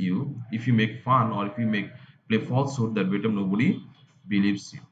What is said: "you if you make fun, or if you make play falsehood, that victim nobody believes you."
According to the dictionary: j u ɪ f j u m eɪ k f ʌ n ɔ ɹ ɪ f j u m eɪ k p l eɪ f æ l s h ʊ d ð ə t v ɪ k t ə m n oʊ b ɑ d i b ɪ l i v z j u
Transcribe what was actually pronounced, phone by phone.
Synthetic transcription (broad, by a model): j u ɪ f j u m eɪ k f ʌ n ɔ ɹ ɪ f j u m eɪ k p l eɪ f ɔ l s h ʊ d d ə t b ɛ t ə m n oʊ b ɑ d i b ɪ l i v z j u